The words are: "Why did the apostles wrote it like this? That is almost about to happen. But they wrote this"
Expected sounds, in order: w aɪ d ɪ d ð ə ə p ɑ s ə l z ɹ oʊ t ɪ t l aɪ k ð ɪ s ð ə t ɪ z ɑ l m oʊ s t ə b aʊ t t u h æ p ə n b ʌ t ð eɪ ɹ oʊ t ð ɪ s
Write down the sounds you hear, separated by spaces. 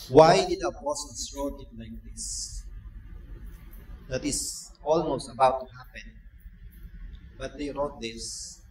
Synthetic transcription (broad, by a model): w aɪ d ɪ d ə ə b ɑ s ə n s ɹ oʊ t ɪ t l aɪ k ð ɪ s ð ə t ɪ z ɑ l m oʊ s t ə b aʊ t t u h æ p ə n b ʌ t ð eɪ ɹ oʊ t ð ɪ s